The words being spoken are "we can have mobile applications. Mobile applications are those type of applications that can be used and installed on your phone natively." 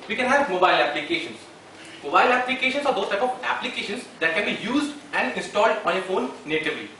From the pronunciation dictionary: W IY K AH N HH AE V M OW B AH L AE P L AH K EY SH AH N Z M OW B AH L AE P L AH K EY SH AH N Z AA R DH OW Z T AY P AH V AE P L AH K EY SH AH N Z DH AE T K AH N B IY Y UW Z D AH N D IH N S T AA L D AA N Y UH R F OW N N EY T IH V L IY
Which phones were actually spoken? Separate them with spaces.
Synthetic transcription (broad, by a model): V IY K AH N HH AE V M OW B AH L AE P L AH K EY SH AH N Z M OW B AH L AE P L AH K EY SH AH N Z AA R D OW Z T AY P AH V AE P L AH K EY SH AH N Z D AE T K AH N B IY Y UW Z D AH N D IH N S T AA L D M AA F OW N N EY T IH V L IY